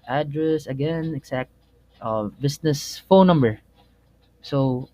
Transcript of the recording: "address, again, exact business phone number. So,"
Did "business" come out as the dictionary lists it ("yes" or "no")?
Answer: no